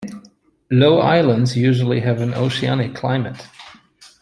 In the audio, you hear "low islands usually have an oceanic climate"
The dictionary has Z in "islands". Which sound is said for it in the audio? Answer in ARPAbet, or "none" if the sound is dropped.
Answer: Z